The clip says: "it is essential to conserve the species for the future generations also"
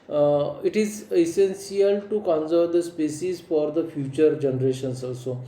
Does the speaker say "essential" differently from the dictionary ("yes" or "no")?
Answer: yes